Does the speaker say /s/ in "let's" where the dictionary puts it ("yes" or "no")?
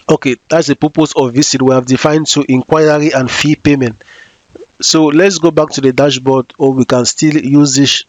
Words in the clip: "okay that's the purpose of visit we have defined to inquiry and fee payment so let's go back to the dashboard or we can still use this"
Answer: yes